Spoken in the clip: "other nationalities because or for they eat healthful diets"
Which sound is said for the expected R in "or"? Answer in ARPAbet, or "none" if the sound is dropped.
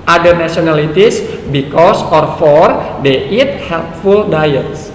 R